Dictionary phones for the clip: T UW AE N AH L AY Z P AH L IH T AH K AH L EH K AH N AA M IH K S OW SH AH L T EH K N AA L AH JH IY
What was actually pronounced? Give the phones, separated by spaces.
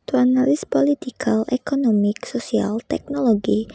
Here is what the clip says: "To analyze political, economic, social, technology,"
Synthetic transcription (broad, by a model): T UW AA N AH L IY S P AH L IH T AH K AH L EH K AH N AA M IH K S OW S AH L T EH K N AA L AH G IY